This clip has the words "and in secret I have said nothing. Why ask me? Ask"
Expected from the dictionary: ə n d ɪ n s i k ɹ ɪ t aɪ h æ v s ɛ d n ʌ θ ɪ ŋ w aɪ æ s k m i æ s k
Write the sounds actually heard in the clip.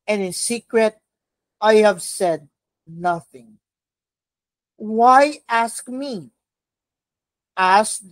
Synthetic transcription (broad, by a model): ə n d ɪ n s i k ɹ ɪ t aɪ h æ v s ɛ d n ʌ θ ɪ ŋ w aɪ æ s k m i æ s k